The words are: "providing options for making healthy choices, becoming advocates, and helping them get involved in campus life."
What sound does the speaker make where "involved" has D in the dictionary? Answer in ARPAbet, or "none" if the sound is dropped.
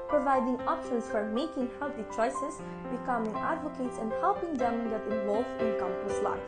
none